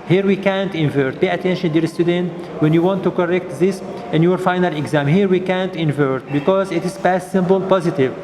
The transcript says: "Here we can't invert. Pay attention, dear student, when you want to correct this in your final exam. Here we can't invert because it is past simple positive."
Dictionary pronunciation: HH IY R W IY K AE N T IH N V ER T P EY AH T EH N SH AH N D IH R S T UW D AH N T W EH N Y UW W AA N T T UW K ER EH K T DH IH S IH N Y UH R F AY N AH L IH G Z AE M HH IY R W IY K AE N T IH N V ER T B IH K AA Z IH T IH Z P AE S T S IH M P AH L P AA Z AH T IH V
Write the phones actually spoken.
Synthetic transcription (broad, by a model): HH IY R W IY K AE N T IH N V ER T P EY AH T EH N SH AH N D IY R S T UW D AH N T W EH N Y UW W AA N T T UW K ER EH K T DH IH S IH N Y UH R F AY N AH L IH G Z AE M HH IY R W IY K AE N T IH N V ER T B IH K AA Z IH T IH Z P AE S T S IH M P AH L P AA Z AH T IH V